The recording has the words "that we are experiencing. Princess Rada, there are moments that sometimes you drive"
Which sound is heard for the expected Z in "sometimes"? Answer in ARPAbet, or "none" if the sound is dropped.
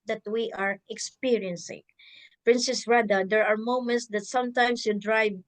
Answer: S